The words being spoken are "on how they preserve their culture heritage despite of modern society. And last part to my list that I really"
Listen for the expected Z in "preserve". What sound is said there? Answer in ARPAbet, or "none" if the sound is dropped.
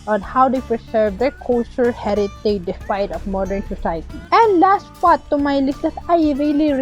S